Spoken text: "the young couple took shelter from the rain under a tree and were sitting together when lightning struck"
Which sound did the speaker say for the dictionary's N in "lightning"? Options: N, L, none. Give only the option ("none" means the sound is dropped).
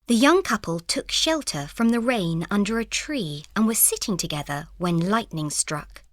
N